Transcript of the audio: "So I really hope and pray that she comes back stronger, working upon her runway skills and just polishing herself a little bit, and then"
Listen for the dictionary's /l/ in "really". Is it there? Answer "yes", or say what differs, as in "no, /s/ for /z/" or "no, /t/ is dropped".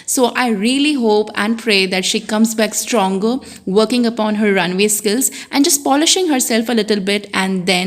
yes